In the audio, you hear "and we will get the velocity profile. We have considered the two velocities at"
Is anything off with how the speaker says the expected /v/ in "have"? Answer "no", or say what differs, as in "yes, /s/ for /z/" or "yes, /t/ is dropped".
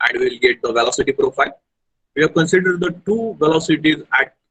no